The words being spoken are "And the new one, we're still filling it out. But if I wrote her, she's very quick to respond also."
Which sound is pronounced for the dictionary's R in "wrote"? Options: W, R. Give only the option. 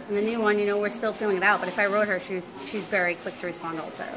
R